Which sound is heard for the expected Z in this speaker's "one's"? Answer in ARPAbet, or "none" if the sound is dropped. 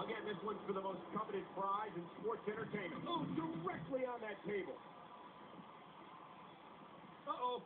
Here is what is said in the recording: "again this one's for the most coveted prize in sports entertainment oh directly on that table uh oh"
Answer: none